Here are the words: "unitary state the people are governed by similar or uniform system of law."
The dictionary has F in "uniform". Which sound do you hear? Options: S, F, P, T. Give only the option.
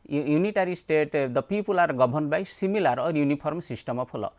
P